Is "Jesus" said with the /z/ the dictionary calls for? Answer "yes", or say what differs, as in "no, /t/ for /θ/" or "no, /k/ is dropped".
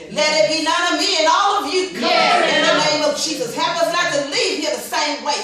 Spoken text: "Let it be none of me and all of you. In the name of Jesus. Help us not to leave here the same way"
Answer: yes